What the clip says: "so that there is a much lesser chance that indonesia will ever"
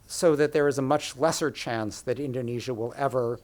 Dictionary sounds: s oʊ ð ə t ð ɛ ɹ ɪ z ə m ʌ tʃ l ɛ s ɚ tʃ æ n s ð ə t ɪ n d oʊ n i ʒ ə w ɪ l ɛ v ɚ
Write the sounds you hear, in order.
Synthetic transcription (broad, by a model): s oʊ ð ə t ð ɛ ɹ ɪ z ə m ʌ tʃ l ɛ s ɚ tʃ æ n s ð ə t ɪ n d oʊ n i ʒ ə w ɪ l ɛ v ɚ